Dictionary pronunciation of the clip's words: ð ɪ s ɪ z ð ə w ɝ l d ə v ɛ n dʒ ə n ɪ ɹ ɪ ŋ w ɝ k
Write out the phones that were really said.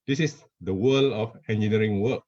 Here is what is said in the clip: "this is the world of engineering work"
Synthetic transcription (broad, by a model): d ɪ s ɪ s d ə w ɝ l ə f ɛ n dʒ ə n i ɹ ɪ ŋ w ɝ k